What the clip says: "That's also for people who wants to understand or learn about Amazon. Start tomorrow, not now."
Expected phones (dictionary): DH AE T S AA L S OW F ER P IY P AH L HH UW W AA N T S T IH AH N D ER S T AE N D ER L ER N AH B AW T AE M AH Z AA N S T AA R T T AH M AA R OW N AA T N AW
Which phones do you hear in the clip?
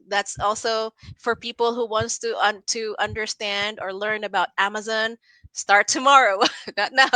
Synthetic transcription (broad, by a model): DH AE T S AA L S OW F ER P IY P L HH UW W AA N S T T IH AH N D ER S T AE N D ER L ER N AH B AW T AE M AH Z AA N S T AA R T T AH M AA R OW N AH T N AW